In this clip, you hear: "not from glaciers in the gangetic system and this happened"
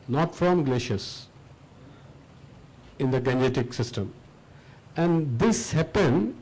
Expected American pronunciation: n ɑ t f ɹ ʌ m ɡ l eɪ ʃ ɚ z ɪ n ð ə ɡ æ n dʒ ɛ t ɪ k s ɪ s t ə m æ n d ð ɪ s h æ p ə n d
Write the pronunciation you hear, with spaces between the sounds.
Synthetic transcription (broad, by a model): n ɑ t f ɹ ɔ m ɡ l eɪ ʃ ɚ s ɪ n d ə ɡ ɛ n ɛ t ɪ k s ɪ s t ə m æ n d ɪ s h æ p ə n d